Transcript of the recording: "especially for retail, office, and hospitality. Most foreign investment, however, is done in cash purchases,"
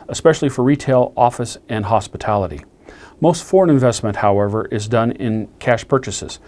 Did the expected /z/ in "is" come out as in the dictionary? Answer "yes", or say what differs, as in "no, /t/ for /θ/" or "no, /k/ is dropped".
yes